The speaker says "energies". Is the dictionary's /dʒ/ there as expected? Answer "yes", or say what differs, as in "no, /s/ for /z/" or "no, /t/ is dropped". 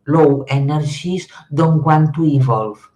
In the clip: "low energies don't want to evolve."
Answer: no, /ʒ/ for /dʒ/